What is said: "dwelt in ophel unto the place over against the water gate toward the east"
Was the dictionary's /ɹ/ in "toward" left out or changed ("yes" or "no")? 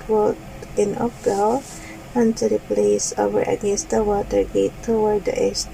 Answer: yes